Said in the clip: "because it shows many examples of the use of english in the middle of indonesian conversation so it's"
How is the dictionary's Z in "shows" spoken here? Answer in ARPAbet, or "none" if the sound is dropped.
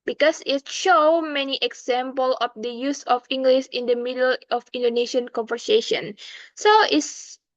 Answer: none